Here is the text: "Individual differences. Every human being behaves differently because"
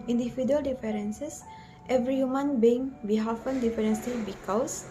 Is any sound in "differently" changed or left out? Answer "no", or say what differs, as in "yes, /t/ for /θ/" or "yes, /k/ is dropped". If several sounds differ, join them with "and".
yes, /s/ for /t/